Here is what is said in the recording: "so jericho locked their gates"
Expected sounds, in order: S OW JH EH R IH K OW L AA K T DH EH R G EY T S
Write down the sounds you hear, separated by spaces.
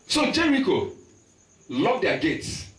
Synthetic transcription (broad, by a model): S OW JH EH R IH K OW L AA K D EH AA G EY T S